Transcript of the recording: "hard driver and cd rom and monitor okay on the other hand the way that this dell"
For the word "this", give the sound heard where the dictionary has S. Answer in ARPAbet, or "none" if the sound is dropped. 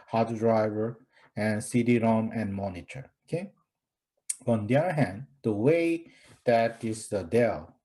none